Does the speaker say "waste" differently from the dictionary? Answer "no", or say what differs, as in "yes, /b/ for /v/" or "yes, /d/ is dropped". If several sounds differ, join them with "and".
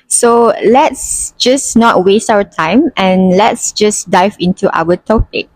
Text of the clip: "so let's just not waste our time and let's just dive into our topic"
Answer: no